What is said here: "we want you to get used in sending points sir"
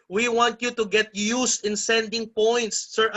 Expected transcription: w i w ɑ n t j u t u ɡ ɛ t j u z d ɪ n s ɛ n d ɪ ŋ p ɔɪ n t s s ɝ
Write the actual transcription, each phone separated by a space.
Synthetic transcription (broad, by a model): w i w ɑ n t j u t u ɡ ɛ t j u s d ɪ n s ɛ n d ɪ ŋ p ɔɪ n t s s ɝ